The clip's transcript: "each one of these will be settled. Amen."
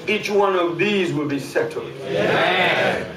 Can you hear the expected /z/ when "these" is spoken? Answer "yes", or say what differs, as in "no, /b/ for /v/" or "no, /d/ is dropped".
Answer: yes